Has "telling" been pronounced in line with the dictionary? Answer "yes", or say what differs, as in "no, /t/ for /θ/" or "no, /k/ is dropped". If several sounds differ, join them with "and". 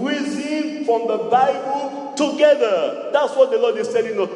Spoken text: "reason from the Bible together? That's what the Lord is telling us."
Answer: no, /s/ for /t/